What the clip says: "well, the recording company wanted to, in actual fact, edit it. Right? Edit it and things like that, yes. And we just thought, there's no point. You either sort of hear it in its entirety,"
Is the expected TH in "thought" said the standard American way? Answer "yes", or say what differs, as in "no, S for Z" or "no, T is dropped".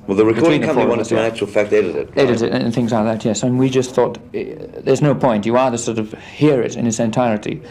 yes